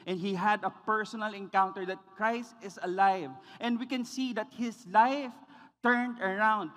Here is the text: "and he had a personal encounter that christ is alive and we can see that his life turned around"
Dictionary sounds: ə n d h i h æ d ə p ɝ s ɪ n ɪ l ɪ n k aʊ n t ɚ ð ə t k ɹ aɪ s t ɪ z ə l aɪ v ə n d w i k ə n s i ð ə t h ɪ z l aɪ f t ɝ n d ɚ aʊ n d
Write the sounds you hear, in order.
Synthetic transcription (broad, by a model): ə n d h i h æ d ə p ɝ s ɪ n ɪ l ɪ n k aʊ n t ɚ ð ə t k ɹ aɪ s t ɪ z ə l aɪ v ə n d w i k ə n s i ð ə t h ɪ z l aɪ f t ɝ n d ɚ aʊ n d